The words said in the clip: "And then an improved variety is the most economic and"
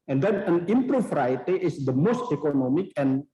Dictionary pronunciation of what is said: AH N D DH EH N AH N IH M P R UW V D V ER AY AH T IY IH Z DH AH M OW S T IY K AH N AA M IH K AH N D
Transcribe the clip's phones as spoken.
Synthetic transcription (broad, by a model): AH N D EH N AH N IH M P R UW F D AY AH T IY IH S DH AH M OW S T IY K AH N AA M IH K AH N